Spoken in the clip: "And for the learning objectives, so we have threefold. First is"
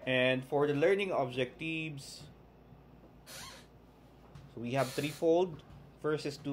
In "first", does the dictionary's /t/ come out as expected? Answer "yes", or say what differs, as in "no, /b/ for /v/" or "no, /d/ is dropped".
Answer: no, /t/ is dropped